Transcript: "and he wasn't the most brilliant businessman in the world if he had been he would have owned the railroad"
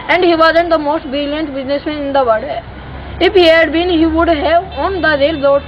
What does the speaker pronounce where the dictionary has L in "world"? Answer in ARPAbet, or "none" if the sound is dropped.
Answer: none